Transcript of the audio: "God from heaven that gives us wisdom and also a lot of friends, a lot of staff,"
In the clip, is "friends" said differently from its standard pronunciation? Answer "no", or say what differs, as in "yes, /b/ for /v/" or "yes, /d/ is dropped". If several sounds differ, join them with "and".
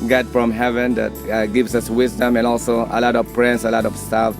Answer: yes, /p/ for /f/ and /s/ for /z/